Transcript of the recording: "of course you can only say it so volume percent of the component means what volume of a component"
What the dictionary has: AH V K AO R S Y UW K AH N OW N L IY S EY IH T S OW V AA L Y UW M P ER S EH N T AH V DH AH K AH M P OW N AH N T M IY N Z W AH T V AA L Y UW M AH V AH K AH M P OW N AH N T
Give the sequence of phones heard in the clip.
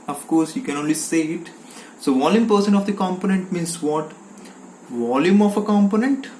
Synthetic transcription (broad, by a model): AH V K AO R S Y UW K AH N OW N L IY S EY IH T S OW V AA L Y UW M P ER S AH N AH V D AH K AH M P OW N AH N T M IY N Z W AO T V AA L Y UW M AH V AH K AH M P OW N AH N T